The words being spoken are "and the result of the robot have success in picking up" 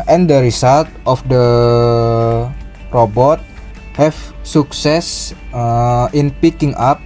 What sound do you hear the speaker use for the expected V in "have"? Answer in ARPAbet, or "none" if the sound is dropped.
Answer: F